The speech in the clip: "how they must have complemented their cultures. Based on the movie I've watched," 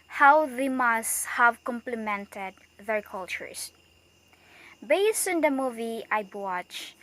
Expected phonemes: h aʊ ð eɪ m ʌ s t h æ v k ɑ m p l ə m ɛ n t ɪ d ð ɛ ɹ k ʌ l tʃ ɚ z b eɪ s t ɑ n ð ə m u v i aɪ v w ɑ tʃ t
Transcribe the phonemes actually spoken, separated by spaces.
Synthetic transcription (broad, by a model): h aʊ ð eɪ m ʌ s t h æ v k ɑ m p l ə m ɛ n t ɪ d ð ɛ ɹ k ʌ l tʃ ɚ s b eɪ s t ɑ n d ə m u v i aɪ b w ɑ tʃ